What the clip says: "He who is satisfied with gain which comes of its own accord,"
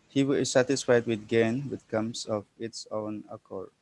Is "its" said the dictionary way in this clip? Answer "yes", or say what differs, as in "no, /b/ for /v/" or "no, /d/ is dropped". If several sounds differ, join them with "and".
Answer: yes